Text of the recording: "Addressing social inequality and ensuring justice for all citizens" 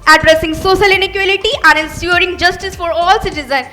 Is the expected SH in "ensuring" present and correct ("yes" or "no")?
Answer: no